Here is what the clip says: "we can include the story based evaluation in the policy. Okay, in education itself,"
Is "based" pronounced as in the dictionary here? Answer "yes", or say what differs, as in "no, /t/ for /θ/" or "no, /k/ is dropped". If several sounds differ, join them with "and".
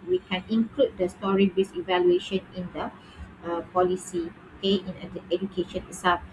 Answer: no, /t/ is dropped